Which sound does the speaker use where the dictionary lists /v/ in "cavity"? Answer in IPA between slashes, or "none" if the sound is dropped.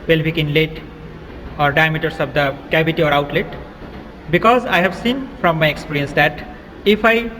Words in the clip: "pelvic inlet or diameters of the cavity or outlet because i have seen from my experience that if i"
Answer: /b/